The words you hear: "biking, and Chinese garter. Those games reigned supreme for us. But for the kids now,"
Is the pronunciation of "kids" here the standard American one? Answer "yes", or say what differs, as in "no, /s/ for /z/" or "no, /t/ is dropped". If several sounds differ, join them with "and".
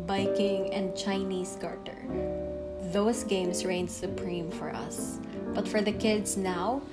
no, /s/ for /z/